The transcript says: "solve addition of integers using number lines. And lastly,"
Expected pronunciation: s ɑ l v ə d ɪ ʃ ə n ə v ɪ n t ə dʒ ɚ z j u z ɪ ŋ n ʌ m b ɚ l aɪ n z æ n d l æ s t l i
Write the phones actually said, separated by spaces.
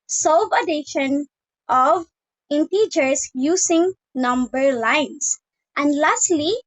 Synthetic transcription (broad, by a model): s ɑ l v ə d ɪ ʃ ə n ə v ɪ n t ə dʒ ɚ s j u s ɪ ŋ n ʌ m b ɚ l aɪ n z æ n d l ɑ s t l i